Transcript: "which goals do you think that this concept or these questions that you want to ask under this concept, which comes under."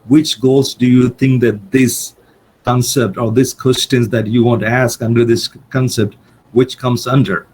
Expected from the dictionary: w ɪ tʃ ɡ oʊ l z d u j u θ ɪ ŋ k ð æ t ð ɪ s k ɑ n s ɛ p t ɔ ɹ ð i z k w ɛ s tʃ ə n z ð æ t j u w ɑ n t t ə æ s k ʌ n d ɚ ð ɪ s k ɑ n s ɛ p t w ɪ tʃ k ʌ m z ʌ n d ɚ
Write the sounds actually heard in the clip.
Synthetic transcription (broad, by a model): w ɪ tʃ ɡ oʊ l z d u j u t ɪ ŋ k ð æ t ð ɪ s k ɑ n s ɛ p t ɔ ɹ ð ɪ s k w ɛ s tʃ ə n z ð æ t j u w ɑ n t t æ s k ʌ n d ɚ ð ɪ s k ɑ n s ɛ p t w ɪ tʃ k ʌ m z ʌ n d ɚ